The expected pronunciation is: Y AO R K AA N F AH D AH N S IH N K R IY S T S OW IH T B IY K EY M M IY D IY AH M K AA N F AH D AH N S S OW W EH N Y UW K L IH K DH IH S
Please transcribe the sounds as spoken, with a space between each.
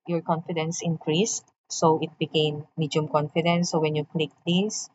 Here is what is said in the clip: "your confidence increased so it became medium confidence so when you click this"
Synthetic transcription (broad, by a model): Y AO R K AA N F AH D AH N S IH N K R IY S T S OW IH T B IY K EY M M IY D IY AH M K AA N F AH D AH N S S OW W EH N Y UW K L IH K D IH S